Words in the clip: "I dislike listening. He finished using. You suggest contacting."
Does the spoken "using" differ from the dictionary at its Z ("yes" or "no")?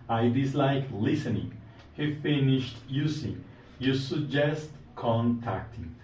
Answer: yes